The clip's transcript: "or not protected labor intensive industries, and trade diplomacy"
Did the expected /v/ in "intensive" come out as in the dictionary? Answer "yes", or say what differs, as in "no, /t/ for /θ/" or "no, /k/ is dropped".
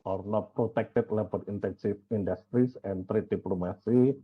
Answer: no, /f/ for /v/